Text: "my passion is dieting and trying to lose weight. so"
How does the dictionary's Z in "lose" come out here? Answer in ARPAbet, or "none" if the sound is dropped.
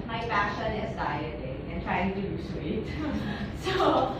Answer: S